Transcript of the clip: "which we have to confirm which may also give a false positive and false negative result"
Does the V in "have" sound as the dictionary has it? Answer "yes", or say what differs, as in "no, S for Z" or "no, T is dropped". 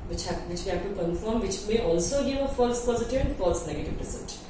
no, P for V